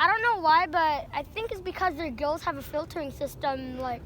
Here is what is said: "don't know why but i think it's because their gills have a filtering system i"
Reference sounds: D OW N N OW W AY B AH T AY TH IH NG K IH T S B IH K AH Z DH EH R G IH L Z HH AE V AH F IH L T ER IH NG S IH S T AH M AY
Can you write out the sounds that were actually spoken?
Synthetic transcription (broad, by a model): D OW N N OW W AY B AH T AY TH IH NG K IH T S B IH K AH Z DH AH R G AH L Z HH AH V AH F IH L T ER IH NG S IH S T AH M AY